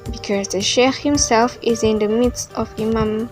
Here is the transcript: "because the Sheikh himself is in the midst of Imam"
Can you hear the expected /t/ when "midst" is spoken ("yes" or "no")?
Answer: yes